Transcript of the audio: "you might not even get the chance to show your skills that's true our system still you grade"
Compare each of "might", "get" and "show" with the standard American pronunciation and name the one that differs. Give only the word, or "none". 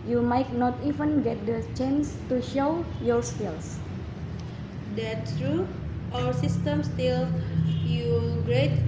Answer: none